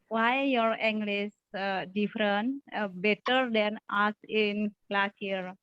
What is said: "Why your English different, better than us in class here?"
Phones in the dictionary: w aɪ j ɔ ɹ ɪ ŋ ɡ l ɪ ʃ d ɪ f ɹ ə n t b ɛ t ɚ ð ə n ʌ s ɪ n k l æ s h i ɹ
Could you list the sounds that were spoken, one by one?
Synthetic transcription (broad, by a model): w aɪ j ɔ ɹ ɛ ŋ ɡ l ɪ s d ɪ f ɹ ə n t b ɛ t ɚ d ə n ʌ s ɪ n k l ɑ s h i ɹ